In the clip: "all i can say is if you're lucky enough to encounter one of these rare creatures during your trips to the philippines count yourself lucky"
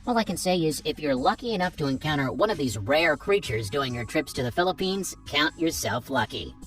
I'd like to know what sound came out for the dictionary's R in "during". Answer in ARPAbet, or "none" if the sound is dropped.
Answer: none